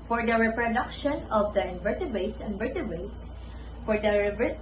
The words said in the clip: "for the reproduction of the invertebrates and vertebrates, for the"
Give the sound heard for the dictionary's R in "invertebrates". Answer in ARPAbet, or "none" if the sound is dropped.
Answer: none